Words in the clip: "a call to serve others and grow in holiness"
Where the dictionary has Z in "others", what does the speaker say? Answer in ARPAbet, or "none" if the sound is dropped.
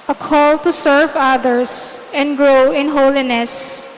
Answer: S